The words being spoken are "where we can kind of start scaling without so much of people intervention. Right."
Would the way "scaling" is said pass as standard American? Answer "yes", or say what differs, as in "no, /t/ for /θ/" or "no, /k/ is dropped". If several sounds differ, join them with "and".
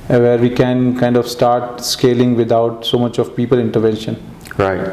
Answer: yes